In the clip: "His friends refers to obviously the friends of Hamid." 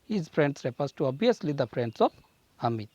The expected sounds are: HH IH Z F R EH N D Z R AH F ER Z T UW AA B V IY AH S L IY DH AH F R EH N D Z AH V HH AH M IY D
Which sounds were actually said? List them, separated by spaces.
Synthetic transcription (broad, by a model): HH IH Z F R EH N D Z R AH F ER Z T UW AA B IY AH S L IY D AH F R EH N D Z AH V HH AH M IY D